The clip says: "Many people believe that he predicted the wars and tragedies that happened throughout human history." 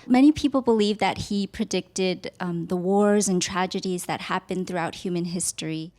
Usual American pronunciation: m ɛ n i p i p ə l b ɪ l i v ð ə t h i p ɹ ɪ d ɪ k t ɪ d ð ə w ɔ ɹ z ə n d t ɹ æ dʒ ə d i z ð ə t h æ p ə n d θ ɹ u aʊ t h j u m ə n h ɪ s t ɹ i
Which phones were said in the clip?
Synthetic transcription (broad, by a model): m ɛ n i p i p l b ɪ l i v ð ə t h i p ɹ ɪ d ɪ k t ɪ d ð ə w ɔ ɹ z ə n t ɹ æ dʒ ə d i z ð ə t h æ p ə n θ ɹ u aʊ t h j u m ə n h ɪ s t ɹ i